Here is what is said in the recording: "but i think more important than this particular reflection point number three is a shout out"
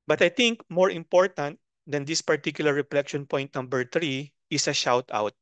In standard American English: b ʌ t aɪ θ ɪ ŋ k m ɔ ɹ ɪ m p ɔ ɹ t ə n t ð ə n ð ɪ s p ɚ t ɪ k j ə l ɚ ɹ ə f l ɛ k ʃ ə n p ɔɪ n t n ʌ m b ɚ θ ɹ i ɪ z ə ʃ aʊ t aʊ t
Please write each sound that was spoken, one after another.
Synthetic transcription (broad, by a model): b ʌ t aɪ t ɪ ŋ k m ɔ ɹ ɪ m p ɔ ɹ t ə n t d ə n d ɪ s p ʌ t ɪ k j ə l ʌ ɹ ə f l ɛ k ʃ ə n p ɔɪ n t n ʌ m b ɚ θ ɹ i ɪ s ə ʃ aʊ t aʊ t